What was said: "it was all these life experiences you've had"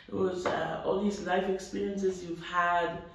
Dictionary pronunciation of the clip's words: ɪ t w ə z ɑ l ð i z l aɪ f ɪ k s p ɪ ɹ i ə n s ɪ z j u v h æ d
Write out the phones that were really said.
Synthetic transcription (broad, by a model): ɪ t w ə z ɑ l ð i z l aɪ f ɪ k s p ɪ ɹ i ə n s ɪ z j u v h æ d